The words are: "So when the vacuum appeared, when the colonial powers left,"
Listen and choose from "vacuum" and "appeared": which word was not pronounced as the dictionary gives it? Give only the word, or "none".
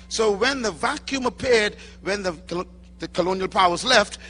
none